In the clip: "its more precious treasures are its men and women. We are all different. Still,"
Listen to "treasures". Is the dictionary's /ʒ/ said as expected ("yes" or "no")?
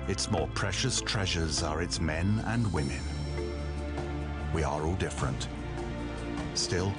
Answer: yes